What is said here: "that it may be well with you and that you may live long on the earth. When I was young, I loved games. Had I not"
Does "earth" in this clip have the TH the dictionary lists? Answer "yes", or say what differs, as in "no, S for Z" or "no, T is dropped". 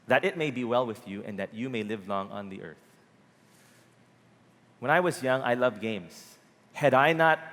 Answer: yes